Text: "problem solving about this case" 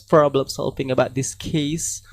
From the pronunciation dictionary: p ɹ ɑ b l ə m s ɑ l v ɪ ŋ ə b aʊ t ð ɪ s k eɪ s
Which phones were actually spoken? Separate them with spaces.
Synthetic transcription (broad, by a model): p ɹ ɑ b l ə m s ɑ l p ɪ ŋ ə b aʊ t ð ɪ s k eɪ s